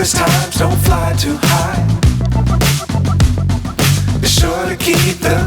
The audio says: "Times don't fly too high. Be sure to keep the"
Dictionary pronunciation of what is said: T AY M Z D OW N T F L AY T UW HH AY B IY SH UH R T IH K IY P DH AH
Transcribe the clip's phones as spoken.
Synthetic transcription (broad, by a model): T AY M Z D OW N T F L AY T UW HH AY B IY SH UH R T IH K IY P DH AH